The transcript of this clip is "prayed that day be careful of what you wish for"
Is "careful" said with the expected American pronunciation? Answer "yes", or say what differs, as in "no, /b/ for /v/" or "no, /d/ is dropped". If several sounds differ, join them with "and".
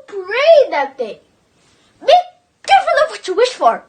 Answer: no, /n/ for /l/